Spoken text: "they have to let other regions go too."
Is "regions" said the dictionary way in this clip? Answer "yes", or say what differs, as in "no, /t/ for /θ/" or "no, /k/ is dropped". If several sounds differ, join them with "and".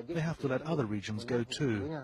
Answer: yes